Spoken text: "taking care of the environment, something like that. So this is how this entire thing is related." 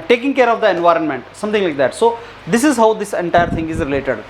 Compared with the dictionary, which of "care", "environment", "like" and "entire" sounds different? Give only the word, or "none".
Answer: none